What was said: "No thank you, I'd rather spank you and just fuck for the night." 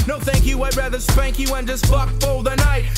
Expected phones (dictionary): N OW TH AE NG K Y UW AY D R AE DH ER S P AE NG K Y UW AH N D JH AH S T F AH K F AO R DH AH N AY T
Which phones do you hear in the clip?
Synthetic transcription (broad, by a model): N OW TH AE NG K Y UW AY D R AE DH ER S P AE NG K Y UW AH N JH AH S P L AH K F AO L DH AH N AY T